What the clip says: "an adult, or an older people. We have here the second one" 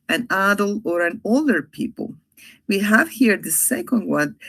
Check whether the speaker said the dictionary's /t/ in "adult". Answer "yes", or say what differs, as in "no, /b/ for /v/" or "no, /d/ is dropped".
no, /t/ is dropped